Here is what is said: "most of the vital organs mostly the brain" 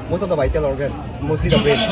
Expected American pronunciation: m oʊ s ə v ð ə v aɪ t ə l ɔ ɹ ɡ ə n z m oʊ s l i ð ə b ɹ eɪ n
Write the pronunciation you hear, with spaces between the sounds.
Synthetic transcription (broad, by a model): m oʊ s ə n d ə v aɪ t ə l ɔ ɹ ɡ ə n m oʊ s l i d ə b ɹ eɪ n